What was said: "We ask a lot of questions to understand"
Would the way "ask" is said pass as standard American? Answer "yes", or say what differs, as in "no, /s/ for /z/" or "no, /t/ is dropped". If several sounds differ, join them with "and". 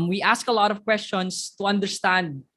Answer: yes